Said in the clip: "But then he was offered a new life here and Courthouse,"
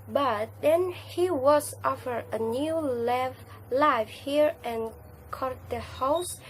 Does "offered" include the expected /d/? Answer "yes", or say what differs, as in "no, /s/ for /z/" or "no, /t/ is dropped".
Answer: no, /d/ is dropped